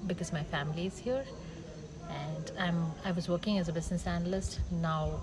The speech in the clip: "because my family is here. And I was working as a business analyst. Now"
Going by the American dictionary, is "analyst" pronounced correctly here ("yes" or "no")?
yes